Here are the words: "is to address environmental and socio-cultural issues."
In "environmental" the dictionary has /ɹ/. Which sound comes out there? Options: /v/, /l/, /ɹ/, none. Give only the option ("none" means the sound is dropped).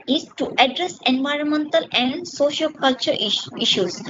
/ɹ/